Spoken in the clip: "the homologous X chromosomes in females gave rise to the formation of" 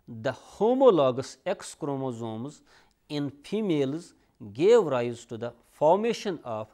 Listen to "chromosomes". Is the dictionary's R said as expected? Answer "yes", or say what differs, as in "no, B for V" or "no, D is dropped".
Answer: yes